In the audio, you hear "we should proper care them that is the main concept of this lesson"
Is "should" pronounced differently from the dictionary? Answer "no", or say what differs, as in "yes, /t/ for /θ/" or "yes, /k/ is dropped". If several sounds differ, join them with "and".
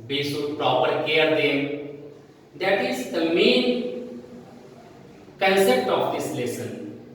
yes, /s/ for /ʃ/